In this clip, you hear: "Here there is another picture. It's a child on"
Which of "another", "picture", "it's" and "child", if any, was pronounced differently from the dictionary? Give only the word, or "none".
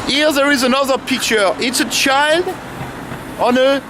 none